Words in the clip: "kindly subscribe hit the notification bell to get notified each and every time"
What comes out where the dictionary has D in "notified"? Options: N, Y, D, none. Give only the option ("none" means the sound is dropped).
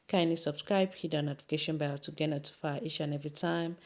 none